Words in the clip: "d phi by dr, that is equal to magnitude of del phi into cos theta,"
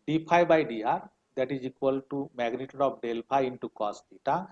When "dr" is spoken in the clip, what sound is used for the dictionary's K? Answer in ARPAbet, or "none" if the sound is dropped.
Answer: none